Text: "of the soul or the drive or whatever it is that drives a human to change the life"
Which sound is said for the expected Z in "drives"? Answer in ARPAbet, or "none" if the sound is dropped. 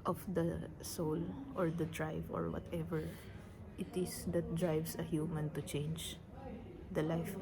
S